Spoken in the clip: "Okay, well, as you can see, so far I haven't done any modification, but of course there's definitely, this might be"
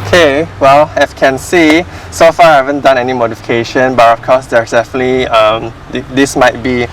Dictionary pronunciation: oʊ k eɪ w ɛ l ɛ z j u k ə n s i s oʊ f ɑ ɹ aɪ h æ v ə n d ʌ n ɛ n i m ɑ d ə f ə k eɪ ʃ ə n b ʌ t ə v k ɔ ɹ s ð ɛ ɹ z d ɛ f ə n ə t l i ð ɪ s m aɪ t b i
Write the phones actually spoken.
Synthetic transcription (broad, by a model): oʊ k eɪ w ɛ l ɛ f k ə n s i s oʊ f ɑ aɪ h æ v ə n d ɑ n ɛ n i m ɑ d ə f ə k eɪ ʃ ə n b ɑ t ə f k ɔ s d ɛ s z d ɛ f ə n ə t l i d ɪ s m aɪ t b i